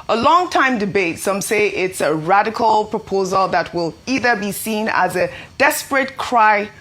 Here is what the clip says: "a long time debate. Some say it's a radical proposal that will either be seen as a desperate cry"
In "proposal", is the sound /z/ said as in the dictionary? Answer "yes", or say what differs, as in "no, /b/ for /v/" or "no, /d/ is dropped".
yes